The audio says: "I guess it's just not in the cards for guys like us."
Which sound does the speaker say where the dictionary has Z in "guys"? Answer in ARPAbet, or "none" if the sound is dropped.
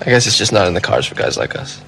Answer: Z